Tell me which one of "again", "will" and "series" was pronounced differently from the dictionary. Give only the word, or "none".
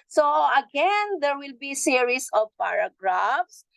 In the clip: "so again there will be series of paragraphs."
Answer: series